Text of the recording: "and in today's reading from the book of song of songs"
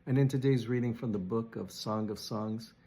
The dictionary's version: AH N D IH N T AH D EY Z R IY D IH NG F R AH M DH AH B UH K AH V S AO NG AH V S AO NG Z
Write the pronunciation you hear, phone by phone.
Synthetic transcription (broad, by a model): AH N IH N T AH D EY Z R IY D IH NG F R AH M DH AH B UH K AH V S AO NG AH V S AO NG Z